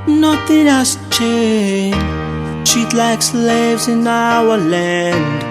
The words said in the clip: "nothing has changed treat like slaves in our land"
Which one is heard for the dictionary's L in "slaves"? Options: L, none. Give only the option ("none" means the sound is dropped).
L